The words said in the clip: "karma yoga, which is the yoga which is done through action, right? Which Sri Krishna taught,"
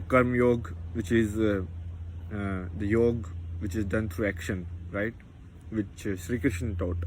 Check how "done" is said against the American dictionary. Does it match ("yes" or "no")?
yes